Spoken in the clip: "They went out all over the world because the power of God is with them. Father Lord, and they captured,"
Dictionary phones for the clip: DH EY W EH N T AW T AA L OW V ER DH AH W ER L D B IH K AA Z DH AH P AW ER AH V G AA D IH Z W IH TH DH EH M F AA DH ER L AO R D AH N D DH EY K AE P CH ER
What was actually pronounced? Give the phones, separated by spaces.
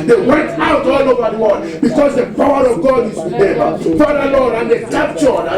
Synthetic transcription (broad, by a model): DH EY W EH N T AW T AA L OW V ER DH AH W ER D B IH K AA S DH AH P AW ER AH V G AA D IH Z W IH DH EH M F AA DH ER L AO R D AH N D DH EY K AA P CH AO